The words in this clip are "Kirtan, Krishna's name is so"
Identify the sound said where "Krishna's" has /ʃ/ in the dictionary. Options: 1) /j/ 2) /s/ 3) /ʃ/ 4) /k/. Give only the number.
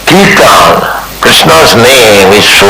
2